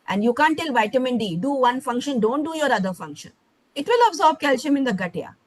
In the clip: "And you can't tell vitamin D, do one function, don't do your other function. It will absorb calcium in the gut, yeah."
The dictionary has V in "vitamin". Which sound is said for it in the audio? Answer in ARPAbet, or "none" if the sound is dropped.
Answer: V